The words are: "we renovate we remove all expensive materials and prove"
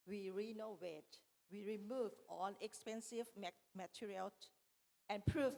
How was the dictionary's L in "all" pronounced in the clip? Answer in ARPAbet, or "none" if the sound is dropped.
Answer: N